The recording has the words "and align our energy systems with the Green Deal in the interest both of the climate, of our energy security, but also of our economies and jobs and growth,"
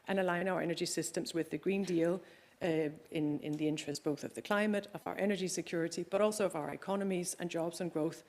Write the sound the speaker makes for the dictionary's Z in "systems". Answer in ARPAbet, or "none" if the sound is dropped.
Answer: Z